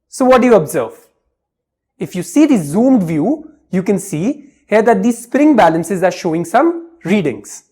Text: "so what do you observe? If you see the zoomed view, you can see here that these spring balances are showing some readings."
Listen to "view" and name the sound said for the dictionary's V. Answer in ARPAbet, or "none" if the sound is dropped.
V